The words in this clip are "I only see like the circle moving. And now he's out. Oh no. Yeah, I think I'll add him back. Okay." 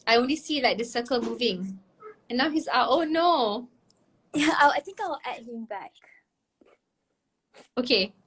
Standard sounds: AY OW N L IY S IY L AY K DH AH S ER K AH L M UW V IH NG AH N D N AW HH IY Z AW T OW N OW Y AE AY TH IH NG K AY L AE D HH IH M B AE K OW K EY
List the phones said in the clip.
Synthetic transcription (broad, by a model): AY OW N L IY S IY L AY K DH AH S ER K AH L M UW V IH NG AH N N AW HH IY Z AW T OW N OW Y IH AY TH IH NG K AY W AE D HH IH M B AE K OW K EY